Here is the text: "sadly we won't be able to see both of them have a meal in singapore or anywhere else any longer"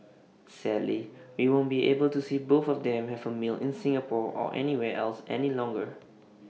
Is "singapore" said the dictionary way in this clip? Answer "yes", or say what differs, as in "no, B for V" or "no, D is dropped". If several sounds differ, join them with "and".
yes